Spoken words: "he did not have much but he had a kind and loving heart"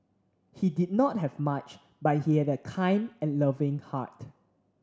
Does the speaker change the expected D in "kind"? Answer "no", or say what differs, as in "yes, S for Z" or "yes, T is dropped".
no